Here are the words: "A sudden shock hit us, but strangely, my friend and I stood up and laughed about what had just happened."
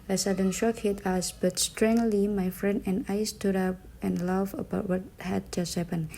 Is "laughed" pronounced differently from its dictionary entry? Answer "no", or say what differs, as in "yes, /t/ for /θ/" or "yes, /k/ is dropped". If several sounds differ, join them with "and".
yes, /t/ is dropped